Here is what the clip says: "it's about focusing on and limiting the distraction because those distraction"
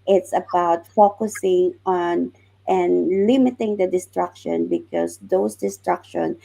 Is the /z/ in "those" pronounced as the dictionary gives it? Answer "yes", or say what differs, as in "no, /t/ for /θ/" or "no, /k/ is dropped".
no, /s/ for /z/